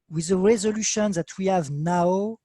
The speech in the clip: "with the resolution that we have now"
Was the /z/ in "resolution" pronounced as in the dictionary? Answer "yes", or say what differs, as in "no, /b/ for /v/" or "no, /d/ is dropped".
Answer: yes